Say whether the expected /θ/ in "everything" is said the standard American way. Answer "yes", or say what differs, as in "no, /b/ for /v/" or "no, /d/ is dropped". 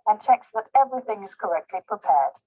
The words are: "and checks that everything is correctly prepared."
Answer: yes